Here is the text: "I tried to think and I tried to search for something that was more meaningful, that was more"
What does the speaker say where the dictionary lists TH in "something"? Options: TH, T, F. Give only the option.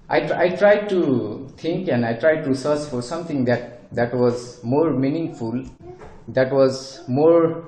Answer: T